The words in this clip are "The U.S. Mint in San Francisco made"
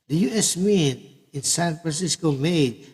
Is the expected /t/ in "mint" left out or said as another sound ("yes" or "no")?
yes